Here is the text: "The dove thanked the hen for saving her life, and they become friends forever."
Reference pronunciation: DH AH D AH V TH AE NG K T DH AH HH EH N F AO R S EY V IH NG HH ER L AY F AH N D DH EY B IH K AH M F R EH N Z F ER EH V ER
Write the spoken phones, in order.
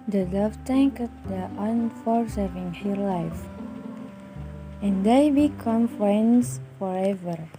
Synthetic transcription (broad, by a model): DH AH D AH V T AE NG K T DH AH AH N F AO R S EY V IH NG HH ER L AY F AH N D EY B IH K AH M F R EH N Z F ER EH V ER